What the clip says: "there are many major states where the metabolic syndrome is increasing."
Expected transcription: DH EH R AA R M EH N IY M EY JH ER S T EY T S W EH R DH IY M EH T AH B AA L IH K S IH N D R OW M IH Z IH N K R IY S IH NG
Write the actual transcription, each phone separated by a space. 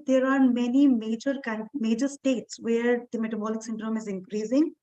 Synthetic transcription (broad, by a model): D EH R AA R M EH N IY M EY JH ER S T EY T S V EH R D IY M EH T AH B AA L IH K S IH N D R OW M IH Z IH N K R IY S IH NG